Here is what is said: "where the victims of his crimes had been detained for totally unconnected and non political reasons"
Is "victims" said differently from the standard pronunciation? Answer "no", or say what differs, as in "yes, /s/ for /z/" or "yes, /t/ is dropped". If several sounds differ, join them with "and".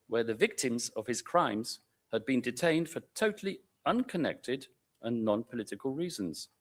no